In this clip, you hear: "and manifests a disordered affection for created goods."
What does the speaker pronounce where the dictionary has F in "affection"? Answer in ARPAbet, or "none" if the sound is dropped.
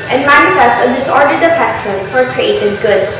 P